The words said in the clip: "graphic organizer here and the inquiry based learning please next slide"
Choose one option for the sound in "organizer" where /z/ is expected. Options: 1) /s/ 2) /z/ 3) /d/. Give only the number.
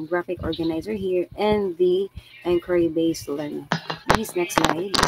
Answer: 2